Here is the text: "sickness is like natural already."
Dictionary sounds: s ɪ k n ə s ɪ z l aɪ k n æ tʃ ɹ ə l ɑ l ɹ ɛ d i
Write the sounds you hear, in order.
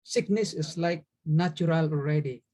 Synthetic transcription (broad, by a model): s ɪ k n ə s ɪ s l aɪ k n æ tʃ ə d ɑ l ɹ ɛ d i